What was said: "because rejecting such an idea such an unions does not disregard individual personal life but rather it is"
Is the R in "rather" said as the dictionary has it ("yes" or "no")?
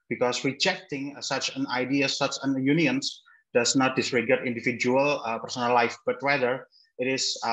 no